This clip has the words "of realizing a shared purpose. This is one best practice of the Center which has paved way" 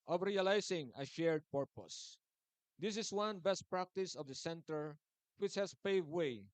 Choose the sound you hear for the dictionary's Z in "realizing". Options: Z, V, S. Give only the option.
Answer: S